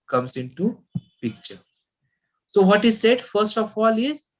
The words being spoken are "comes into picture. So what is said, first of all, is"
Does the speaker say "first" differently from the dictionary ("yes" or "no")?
no